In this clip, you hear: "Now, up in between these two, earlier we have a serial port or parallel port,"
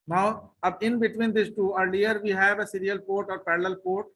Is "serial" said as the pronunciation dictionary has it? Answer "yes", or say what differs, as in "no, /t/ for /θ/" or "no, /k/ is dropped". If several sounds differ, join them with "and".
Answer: yes